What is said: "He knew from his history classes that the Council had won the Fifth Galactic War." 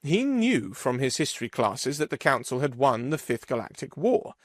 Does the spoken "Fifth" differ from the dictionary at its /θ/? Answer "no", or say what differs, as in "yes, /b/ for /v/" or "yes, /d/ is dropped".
no